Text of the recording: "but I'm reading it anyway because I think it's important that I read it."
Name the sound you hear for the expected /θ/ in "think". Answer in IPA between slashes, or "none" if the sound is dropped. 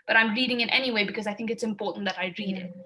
/θ/